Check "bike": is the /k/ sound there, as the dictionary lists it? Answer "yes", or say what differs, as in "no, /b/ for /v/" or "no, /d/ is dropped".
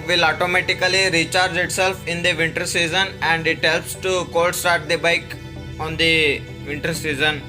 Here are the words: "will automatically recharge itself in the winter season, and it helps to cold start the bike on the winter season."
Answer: yes